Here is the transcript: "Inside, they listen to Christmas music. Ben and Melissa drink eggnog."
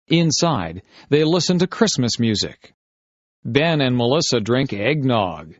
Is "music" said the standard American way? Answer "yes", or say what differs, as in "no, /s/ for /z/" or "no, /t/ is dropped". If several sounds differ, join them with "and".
yes